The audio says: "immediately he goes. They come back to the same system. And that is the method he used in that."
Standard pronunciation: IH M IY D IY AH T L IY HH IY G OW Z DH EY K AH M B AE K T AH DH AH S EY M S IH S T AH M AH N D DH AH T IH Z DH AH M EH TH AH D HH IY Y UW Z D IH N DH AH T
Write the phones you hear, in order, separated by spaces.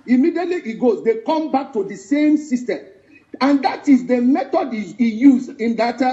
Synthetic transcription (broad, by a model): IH M IY D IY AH T L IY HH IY G OW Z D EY K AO M B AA K T AH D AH S EY M S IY S T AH M AH N D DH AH T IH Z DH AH M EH T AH D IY Y UW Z IH N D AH T